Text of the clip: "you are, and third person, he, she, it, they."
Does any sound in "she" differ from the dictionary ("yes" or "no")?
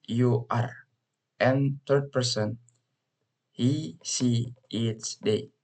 yes